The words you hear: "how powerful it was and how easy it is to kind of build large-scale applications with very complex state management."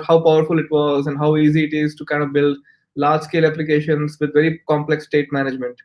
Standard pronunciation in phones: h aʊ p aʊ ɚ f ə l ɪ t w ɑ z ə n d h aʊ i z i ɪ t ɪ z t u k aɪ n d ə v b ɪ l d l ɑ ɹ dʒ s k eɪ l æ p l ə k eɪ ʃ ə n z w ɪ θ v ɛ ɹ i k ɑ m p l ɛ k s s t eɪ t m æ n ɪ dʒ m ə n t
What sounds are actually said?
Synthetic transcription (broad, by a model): h aʊ p aʊ ɚ f ə l ɪ t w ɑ z ə n d h aʊ i z i ɪ t ɪ z t u k aɪ n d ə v b ɪ l d l ɑ ɹ dʒ s k eɪ l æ p l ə k eɪ ʃ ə n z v ɪ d v ɛ ɹ i k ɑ m p l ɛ k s s t eɪ t m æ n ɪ dʒ m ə n t